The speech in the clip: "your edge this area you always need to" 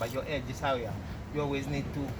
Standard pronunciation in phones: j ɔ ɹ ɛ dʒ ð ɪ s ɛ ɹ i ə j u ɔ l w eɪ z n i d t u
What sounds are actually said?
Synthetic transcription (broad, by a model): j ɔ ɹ ɛ dʒ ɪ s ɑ w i j u ɔ l w eɪ z n i d t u